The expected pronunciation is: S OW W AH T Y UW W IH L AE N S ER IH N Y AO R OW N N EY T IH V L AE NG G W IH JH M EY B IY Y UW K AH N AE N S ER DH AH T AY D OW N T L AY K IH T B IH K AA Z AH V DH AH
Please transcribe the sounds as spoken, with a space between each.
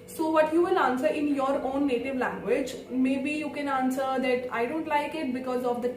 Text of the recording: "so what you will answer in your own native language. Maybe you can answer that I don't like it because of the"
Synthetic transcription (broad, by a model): S OW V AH T Y UW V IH L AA N S ER IH N Y AO R OW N N EY T IH V L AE NG G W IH JH M EY B IY Y UW K AH N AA N S ER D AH T AY D OW N T L AY K IH T B IH K AA Z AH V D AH